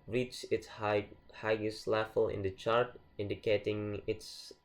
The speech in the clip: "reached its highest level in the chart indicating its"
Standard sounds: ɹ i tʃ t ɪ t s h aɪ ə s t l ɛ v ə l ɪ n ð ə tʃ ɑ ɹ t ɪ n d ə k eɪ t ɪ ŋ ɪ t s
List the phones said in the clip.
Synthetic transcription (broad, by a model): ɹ i tʃ ɪ t s h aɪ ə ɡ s l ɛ f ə l ɪ n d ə tʃ ɑ ɹ t ɪ n d ə k eɪ t ɪ ŋ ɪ t s